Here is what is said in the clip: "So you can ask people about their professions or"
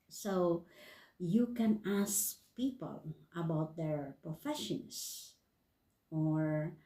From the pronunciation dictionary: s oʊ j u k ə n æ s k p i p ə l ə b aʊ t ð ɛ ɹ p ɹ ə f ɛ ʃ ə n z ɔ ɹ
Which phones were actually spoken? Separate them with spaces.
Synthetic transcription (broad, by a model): s oʊ j u k ə n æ s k p i p ə l ə b aʊ t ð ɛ ɹ p ɹ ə f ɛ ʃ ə n s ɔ ɹ